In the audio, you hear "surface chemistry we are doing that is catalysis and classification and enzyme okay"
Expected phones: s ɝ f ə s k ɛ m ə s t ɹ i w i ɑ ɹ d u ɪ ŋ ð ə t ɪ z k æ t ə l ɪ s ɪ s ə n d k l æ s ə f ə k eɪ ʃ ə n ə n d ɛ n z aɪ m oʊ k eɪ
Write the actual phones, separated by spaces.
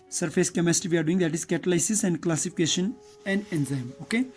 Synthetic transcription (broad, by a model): s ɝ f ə s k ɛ m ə s t i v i ɑ ɹ d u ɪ ŋ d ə t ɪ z k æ t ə l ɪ s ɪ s ə n d k l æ s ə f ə k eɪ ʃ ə n ə n d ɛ n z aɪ m oʊ k eɪ